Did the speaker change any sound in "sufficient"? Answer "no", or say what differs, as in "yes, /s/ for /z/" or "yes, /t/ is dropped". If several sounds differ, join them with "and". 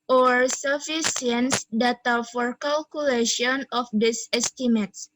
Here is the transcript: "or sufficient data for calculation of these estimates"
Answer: yes, /s/ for /ʃ/